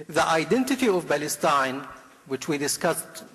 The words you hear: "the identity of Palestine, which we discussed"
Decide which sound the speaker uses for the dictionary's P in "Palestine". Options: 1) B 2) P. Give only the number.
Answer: 1